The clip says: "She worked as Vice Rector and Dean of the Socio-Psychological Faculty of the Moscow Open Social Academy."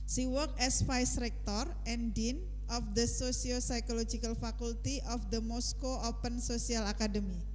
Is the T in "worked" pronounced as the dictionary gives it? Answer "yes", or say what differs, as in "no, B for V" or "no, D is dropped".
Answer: no, T is dropped